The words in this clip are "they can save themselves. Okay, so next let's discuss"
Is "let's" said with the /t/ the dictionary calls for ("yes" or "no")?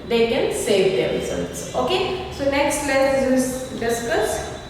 no